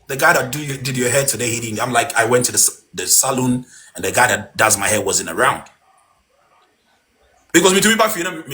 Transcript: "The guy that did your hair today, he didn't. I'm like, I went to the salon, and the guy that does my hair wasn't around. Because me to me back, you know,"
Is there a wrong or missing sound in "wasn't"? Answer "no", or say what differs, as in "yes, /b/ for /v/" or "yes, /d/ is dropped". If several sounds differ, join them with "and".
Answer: yes, /t/ is dropped